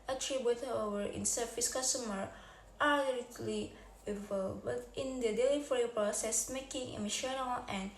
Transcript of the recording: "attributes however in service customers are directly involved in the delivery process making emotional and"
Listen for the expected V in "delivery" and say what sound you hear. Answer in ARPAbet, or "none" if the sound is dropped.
F